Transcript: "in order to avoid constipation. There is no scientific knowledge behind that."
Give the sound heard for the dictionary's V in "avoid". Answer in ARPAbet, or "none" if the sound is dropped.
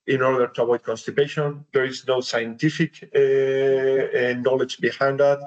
B